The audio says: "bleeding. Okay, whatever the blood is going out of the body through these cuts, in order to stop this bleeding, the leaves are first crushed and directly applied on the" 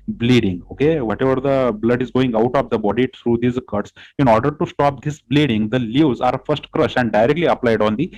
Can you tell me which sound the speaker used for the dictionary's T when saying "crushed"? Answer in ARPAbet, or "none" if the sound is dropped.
none